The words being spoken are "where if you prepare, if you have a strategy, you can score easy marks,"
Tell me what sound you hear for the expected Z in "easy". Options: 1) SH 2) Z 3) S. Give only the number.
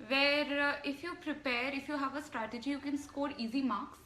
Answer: 2